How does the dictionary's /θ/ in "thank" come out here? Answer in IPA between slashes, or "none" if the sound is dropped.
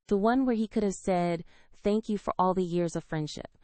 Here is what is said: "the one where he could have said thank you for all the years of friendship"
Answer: /θ/